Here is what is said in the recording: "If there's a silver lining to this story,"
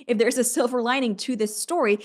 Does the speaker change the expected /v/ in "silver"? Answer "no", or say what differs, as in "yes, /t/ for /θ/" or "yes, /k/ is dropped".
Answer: no